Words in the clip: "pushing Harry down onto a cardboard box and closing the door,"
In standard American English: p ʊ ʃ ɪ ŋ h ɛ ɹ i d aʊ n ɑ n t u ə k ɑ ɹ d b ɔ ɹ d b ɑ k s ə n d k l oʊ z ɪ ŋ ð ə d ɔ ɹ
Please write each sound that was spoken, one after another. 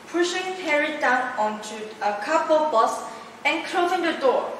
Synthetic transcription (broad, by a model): p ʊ ʃ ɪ ŋ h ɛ ɹ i d aʊ n ɑ n t u ə k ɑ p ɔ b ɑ s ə n k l oʊ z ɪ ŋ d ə d ɔ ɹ